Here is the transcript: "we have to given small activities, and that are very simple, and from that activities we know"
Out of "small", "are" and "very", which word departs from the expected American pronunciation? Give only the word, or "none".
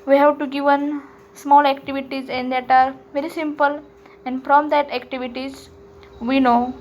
none